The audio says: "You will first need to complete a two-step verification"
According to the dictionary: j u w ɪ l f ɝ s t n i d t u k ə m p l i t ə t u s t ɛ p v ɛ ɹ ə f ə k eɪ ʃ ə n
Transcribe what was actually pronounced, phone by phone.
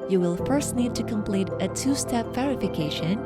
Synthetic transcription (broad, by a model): j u w ɪ l f ɝ s t n i d t u k ə m p l i t ə t u s t ɛ p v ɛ ɹ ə f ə k eɪ ʃ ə n